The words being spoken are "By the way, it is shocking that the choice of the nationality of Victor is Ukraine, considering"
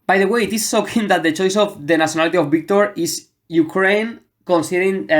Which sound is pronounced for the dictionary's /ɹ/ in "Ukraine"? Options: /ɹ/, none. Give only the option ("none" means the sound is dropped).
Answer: /ɹ/